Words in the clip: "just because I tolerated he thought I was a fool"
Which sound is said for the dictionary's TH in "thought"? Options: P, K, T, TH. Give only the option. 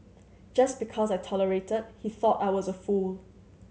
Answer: TH